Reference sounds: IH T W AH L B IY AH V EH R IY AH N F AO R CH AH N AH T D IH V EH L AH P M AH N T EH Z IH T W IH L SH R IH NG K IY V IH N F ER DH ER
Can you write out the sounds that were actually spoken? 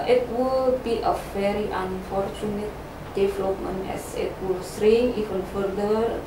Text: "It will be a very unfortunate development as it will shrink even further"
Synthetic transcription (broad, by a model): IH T W AH L B IY AH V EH R IY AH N F AO R CH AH N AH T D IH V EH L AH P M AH N EH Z IH T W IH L S R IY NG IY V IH N F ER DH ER